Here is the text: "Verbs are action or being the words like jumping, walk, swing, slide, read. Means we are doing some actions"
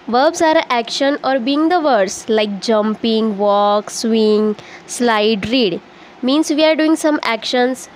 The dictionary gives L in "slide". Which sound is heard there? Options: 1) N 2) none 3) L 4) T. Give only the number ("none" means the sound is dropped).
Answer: 3